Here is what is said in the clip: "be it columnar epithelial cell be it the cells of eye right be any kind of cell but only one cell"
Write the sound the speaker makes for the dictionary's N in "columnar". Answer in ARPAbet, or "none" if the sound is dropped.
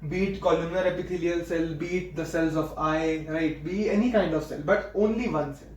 none